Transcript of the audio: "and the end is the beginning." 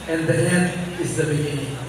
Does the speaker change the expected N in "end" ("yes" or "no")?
yes